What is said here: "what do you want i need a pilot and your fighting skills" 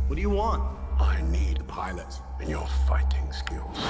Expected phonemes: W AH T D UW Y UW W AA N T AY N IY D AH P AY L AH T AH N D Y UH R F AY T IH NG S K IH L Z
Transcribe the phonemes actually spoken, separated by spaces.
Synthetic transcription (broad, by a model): W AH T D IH Y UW W AA N T AY N IY D P AY L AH T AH N Y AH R F AY T IH NG S K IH L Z